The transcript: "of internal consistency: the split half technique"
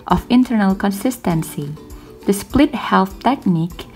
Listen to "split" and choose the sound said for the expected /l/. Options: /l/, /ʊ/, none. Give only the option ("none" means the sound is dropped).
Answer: /l/